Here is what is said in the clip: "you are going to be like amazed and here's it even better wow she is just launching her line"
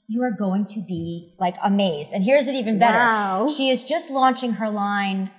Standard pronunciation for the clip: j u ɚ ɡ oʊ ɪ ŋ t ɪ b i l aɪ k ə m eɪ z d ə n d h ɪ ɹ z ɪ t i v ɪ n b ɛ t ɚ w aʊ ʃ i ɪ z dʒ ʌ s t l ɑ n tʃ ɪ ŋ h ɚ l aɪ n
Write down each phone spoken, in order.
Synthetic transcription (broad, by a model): j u ɚ ɡ oʊ ɪ ŋ t ɪ b i l aɪ k ə m eɪ z d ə n h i ɹ z ɪ t i v ɪ n b ɛ t ɚ ʃ i ɪ z dʒ ʌ s t l ɑ n tʃ ɪ ŋ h ɚ l aɪ n